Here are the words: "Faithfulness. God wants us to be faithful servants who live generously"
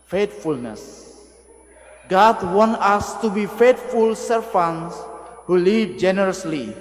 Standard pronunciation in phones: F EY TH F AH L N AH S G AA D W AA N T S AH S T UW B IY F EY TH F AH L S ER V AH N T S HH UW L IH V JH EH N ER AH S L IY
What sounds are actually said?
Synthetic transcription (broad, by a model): F EY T F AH L N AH S G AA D W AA N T AH S T UW B IY F EY T F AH L S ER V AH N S HH UW L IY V JH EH N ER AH S L IY